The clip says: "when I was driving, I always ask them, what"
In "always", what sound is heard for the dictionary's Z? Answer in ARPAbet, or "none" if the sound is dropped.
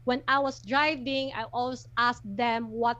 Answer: S